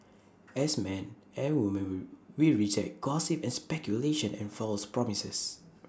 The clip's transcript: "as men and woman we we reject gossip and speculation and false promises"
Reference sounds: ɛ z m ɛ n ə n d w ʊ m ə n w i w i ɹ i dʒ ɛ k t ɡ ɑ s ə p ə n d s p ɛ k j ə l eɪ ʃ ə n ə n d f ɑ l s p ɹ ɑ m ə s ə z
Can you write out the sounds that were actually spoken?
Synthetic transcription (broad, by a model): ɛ s m ɛ n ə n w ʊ m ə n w w i ɹ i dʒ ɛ t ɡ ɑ s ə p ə n s p ɛ k j ə l eɪ ʃ ə n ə n f ɑ l s p ɹ ɑ m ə s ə s